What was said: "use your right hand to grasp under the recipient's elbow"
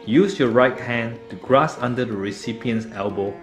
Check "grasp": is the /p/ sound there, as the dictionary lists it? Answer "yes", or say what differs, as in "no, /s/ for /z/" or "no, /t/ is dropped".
no, /p/ is dropped